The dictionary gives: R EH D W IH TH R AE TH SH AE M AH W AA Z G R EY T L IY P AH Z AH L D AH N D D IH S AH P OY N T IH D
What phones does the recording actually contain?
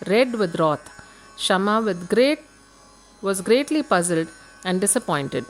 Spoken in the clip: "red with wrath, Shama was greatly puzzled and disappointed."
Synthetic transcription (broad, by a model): R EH D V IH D R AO T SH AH M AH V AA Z G R EY T L IY P AH Z AH L D AH N D D IH S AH P OY N T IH D